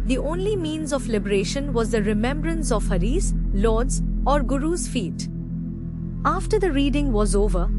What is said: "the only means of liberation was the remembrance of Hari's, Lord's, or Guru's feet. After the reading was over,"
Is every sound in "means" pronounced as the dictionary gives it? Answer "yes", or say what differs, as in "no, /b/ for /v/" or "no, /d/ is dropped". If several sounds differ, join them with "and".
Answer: yes